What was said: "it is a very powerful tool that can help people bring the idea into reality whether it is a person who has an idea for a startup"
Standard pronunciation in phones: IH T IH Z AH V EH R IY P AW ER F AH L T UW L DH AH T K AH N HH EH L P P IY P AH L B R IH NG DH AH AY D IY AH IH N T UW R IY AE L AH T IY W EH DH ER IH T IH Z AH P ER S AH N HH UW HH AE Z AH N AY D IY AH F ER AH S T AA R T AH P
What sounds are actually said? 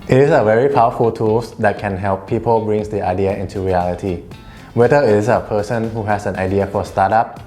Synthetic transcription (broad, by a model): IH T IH S AH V EH R IY P AW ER F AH L T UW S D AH T K AH N HH EH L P P IY P AH L B R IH NG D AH AY D IY AH IH N T UW R IY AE L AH T IY W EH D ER IH T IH S AH P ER S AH N HH UW HH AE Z AH N AY D IY AH F AH S T AA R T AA P